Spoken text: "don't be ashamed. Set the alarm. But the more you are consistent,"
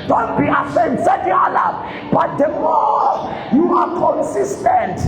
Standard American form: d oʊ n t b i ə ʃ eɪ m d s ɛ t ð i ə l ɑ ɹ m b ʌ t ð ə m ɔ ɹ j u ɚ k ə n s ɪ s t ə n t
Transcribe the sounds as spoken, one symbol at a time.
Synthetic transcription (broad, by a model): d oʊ n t b i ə s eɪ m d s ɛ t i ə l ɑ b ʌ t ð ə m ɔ j u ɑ k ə n s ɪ s t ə n t